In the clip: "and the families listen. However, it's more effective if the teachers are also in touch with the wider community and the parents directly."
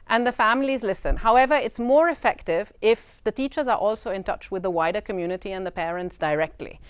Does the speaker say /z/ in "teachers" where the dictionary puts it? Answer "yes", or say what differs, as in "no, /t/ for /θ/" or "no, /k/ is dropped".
yes